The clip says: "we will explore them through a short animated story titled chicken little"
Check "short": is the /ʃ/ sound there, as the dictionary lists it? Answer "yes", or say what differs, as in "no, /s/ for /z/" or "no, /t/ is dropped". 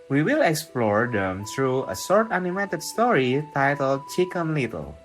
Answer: no, /s/ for /ʃ/